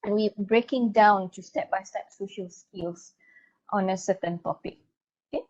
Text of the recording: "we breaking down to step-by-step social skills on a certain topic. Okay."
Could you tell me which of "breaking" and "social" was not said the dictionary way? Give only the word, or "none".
none